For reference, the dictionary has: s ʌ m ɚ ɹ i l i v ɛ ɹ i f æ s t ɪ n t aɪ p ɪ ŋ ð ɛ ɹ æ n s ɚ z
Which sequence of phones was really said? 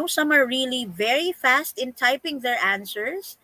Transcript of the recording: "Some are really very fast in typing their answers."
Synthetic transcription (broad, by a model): s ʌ m ɚ ɹ i l i v ɛ ɹ i f æ s t ɪ n t aɪ p ɪ ŋ ð ɛ ɹ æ n s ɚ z